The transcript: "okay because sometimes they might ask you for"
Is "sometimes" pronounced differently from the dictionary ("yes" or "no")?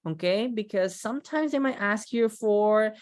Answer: no